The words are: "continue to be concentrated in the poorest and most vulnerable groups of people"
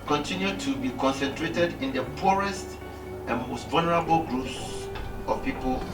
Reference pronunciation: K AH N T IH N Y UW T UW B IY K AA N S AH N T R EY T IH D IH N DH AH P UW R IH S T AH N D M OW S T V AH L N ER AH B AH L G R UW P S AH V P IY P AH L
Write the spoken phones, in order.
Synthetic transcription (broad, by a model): K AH N T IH N Y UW T UW B IY K AA N S AH N T R EY T IH D IH N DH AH P UW R IH S T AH N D M OW S T V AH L N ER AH B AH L G R UW P S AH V P IY P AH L